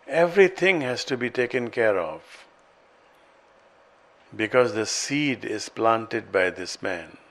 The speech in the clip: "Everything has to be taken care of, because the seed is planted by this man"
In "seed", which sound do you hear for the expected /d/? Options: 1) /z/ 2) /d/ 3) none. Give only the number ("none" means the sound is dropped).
2